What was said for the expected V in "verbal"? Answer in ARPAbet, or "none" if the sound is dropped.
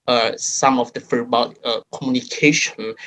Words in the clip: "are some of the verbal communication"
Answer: F